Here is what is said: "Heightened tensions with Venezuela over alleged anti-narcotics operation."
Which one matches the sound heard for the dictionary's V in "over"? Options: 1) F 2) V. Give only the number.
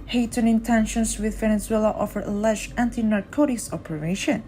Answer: 1